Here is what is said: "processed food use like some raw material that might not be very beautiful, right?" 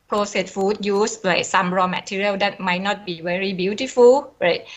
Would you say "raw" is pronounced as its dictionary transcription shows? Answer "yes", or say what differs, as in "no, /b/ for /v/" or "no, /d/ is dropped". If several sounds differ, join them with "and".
yes